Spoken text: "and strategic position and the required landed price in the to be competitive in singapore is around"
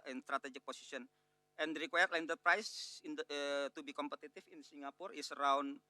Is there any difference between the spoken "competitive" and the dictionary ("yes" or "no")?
yes